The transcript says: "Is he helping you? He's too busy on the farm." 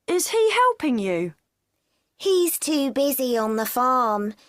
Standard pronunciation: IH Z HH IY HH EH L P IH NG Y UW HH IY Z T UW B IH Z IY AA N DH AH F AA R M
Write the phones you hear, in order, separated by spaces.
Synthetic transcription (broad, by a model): IH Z HH IY HH EH L P IH NG Y UW HH IY Z T UW B IH Z IY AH N DH AH F AA M